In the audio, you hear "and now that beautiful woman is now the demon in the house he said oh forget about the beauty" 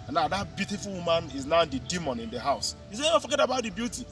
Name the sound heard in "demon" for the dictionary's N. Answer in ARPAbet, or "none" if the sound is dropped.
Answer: N